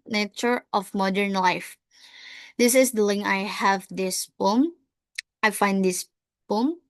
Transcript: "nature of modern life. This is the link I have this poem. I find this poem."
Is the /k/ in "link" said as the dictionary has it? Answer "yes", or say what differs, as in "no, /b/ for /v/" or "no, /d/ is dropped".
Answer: no, /k/ is dropped